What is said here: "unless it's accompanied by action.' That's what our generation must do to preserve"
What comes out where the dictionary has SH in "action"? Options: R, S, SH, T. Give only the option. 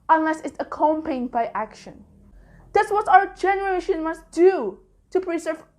SH